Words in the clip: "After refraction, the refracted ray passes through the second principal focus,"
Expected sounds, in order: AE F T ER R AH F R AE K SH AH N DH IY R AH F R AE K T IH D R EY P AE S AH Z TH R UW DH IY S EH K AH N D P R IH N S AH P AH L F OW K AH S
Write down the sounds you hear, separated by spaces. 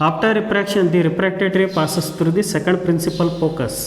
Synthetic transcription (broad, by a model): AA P T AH R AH P R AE K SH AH N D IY R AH P R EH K T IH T R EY P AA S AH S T R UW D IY S EH K AH N D P R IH N S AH P AH L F OW K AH S